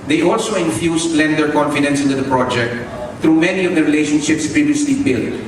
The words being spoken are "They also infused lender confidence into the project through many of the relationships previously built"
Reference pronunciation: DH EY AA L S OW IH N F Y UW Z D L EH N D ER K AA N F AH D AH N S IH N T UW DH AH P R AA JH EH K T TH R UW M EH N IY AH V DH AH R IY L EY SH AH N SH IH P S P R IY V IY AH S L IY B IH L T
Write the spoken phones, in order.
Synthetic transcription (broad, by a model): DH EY AA L S OW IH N F Y UW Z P L EH N D ER K AA N F AH D AH N S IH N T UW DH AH P R AA JH EH K T T R UW M EH N IY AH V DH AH R IY L EY SH AH N SH IH P S P R IY V IY AH S L IY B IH L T